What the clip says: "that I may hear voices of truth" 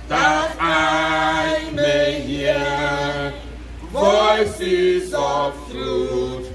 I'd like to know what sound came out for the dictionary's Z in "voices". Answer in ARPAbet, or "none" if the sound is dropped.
Z